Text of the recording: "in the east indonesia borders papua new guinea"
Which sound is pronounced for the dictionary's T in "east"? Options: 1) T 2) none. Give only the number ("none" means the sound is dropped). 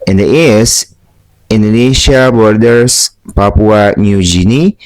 2